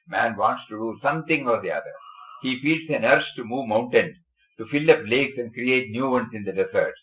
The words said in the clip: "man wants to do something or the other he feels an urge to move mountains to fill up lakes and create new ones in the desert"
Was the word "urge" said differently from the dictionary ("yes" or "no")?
yes